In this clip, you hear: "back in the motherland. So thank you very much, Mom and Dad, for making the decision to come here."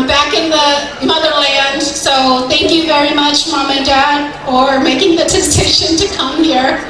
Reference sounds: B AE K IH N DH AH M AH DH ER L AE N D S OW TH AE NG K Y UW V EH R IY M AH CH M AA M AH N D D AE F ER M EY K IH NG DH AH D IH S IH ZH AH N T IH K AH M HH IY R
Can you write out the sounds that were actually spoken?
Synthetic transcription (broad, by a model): B AE K IH N DH AH M AH DH ER L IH N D S OW TH AE NG K Y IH V EH R IY M AH CH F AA M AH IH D D AE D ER M EY K IH NG DH AH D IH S IH SH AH N T IH K AH M HH IY R